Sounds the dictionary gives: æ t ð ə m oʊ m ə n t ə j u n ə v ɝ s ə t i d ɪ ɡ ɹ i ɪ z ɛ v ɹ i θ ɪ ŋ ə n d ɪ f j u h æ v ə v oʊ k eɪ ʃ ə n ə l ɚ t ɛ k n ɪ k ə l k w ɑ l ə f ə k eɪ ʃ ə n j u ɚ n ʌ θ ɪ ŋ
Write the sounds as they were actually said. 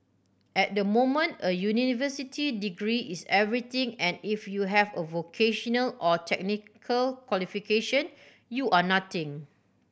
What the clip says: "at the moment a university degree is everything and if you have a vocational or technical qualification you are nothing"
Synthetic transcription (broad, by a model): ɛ t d ə m oʊ m ə n t ə j u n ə v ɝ s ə t i d ɪ ɡ ɹ i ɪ s ɛ v ɹ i t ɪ ŋ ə n ɪ f j u h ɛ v ə v oʊ k eɪ ʃ ə n ə l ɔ t ɛ k n ɪ k ə l k w ɑ l ə f ə k eɪ ʃ ə n j u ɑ n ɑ t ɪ ŋ